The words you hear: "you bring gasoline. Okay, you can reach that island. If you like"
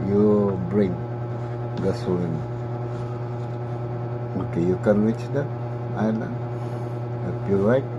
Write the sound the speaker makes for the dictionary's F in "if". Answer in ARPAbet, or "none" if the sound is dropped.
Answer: P